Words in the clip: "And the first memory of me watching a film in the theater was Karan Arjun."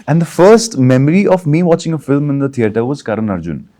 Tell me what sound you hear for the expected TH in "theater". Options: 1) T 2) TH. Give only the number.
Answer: 1